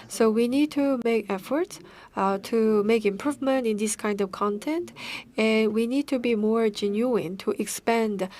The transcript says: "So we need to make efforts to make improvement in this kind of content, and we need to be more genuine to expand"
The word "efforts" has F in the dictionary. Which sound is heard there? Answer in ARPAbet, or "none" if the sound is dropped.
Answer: F